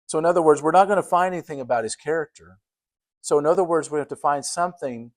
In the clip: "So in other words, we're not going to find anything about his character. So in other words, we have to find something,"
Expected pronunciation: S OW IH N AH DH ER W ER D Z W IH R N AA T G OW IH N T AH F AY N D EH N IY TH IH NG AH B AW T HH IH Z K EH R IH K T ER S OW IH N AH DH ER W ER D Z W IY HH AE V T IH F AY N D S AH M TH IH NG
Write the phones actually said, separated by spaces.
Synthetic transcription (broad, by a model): S OW IH N AH DH ER W ER D Z W IH R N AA T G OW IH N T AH F AY N D EH N IY TH IH NG AH B AW T HH IH Z K EH R IH K T ER S OW IH N AH DH ER W ER D Z W IY HH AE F T IH F AY N D S AH M TH IH NG